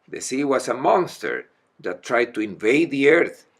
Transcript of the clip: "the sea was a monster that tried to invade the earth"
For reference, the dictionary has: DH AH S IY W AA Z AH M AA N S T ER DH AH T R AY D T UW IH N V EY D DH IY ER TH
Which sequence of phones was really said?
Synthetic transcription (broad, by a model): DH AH S IY W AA S AH M AA N S T ER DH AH T R AY D T UW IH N V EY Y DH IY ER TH